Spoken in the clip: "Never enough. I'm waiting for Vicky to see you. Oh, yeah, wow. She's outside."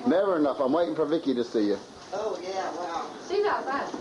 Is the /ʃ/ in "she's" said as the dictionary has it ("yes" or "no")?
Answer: no